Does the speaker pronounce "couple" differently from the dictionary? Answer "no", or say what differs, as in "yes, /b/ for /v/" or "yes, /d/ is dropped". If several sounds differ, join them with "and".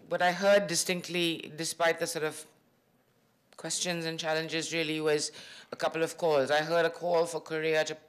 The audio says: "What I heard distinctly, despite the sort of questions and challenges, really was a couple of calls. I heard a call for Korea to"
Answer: no